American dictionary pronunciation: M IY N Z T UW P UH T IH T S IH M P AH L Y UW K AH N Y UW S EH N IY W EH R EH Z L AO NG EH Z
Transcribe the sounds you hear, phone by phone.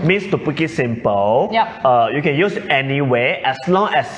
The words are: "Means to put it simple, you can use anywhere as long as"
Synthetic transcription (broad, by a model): M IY N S T UW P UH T IH T S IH M P AH L Y UW K AH N Y UW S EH N IY W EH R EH S L AO NG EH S